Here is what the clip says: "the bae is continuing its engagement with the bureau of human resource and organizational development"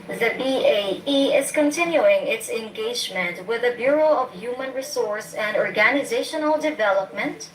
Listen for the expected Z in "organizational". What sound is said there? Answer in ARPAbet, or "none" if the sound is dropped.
Z